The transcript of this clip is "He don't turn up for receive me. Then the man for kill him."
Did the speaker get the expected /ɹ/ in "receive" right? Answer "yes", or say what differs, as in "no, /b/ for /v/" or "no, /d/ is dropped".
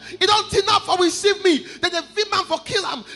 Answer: no, /w/ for /ɹ/